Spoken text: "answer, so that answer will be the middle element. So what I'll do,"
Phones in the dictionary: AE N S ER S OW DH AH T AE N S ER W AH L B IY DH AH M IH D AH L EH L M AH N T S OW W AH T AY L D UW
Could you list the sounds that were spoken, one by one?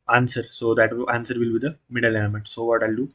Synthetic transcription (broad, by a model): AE N S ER S OW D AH T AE N S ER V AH L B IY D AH M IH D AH L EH N M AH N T S OW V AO T AY L D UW